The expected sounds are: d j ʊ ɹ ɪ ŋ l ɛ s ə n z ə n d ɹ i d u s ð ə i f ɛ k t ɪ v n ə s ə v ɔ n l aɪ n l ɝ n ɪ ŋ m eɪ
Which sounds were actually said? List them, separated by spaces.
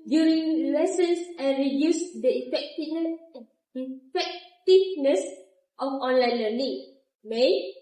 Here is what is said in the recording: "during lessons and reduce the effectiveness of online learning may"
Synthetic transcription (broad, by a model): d j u ɹ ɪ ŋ l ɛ s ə n s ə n ɹ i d u s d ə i f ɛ k t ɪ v n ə s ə f ɔ n l aɪ n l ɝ l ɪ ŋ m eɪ